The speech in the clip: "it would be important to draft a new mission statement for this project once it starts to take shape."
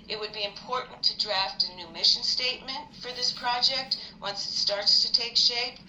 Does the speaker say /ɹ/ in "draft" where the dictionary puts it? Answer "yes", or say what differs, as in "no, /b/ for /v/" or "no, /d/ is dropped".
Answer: yes